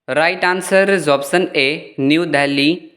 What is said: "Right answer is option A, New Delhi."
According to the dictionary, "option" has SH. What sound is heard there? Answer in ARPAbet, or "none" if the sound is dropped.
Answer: S